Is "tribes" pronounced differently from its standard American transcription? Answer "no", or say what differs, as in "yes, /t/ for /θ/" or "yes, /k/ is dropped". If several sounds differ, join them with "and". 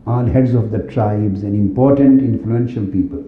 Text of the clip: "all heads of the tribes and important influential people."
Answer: no